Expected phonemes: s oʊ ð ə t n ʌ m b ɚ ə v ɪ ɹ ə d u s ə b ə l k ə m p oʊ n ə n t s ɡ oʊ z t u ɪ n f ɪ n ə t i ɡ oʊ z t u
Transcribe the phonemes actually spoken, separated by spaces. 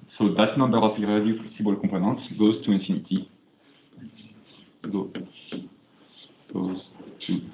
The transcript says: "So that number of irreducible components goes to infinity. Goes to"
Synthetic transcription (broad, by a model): s oʊ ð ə t n ʌ m b ɚ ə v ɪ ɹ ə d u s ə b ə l k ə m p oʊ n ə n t ɡ oʊ z t u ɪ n f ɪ n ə t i ɡ oʊ z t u